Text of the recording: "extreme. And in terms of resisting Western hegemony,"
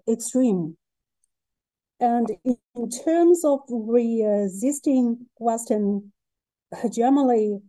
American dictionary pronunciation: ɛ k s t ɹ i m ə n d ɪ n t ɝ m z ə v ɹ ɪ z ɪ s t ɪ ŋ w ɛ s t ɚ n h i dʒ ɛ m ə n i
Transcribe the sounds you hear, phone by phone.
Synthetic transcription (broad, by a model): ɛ k s t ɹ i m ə n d ɪ n t ɝ m z ə v ɹ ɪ z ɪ s t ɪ ŋ w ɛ s t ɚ n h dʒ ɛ m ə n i